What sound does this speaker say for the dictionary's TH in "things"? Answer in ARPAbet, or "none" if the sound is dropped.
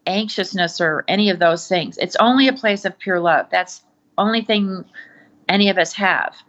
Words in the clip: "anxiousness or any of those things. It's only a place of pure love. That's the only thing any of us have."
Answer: TH